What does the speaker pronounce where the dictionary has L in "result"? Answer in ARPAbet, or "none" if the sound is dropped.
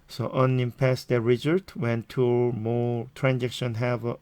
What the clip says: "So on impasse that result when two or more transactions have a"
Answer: none